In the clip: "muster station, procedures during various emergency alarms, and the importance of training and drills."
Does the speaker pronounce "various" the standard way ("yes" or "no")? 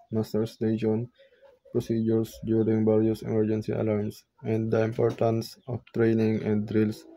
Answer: no